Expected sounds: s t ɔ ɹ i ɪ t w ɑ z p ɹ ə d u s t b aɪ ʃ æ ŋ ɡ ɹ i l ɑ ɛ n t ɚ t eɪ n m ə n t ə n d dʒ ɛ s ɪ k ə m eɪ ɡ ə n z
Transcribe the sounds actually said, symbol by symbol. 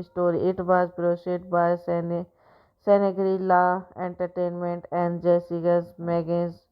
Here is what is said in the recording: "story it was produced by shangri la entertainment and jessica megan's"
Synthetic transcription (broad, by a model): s t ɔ ɹ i ɪ t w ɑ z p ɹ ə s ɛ t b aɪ s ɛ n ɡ ɹ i l ɑ ɛ n t ɚ t eɪ n m ə n t ə n d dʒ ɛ s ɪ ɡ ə m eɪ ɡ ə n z